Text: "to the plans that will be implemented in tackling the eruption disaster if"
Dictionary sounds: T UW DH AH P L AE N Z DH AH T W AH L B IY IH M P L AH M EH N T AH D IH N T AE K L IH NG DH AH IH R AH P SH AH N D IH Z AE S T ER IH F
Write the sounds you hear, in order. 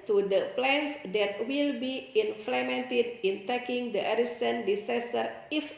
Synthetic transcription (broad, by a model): T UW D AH P L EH N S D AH T W AH L B IY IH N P L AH M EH N T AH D IH N T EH K IH NG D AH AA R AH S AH N D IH S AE S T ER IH F